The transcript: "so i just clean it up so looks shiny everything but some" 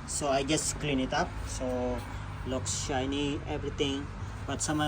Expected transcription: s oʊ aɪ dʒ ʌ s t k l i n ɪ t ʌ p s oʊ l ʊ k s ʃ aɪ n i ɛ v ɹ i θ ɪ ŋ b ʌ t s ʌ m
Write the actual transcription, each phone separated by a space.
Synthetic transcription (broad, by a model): s oʊ aɪ dʒ ʌ s t k l i n ɪ t ʌ p s oʊ l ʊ k s ʃ aɪ n i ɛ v ɹ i t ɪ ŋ b ʌ t s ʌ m